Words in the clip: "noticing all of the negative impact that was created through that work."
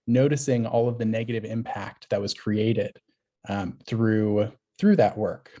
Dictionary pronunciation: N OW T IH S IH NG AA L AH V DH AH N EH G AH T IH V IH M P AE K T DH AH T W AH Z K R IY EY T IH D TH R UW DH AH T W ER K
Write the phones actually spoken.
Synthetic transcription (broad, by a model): N OW T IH S IH NG AA L AH V DH AH N EH G AH T IH V IH M P AE K T DH AH T W AH Z K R IY EY T IH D TH R UW DH AH T W ER K